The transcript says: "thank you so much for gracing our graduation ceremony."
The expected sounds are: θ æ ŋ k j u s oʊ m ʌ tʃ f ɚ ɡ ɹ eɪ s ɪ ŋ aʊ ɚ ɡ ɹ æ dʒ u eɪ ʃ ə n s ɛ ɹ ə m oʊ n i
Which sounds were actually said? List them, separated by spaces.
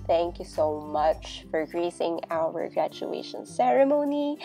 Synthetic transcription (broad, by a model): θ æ ŋ k j u s oʊ m ʌ tʃ f ɚ ɡ ɹ eɪ s ɪ ŋ aʊ ɚ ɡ ɹ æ tʃ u eɪ ʃ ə n s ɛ ɹ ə m oʊ n i